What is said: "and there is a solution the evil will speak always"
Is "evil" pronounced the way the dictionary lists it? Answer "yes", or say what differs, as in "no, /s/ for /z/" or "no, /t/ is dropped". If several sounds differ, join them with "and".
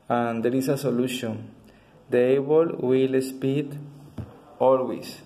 no, /b/ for /v/